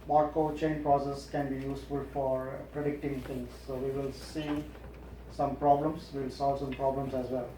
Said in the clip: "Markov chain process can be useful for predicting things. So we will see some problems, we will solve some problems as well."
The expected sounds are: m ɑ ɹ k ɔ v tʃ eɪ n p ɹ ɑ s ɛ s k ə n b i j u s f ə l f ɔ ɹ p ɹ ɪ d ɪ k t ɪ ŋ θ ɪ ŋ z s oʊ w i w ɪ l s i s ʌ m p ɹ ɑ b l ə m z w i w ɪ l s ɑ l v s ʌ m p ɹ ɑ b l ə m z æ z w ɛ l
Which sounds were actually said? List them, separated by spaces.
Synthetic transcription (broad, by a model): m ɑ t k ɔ tʃ eɪ n p ɹ ɑ s ɛ s k ə n b i j u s f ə l f ɔ ɹ p ɹ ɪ d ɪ k t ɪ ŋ t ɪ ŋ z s oʊ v i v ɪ l s i s ʌ m p ɹ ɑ b l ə m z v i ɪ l s ɑ l v s ʌ m p ɹ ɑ b l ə m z æ z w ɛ l